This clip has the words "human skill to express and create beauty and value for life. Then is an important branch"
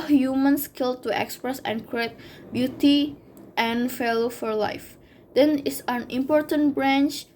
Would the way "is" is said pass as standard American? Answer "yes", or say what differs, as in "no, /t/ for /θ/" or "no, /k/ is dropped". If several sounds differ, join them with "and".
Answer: no, /s/ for /z/